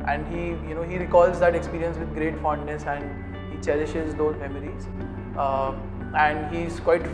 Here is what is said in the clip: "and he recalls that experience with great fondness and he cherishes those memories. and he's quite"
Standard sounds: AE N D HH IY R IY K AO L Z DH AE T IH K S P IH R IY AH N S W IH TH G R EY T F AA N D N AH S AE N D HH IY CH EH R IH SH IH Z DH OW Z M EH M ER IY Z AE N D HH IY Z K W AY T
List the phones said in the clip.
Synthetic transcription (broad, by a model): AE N D HH IY R IY K AO L Z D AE T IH K S P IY R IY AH N S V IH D G R EY T F AA N D N AH S AE N D HH IY CH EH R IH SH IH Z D OW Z M EH M ER IY Z AE N D HH IY Z K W AY T